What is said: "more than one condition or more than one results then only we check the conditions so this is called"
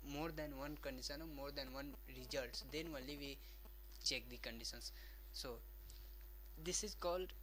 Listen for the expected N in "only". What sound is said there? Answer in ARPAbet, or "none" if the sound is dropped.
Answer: none